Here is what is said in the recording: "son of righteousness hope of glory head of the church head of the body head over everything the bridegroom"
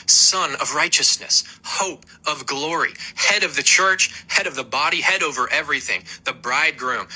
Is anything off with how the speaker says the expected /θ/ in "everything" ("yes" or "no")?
no